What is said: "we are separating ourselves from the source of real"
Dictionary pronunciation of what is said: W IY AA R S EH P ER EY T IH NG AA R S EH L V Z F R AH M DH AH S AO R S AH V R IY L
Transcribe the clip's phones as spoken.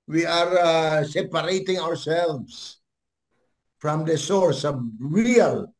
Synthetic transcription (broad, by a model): W IY AA R S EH P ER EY T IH NG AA R S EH L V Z F R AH M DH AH S AO R S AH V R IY L